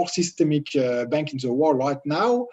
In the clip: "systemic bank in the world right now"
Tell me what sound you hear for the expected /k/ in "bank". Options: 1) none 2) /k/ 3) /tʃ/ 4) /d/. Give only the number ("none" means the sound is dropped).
2